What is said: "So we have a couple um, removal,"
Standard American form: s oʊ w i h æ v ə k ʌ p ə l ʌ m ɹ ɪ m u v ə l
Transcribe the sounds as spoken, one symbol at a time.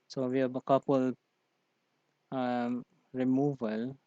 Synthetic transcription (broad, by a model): s oʊ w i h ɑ b ə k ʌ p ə l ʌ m ɹ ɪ m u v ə l